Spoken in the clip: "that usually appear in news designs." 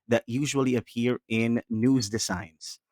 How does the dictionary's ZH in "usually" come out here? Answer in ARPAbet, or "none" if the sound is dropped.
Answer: ZH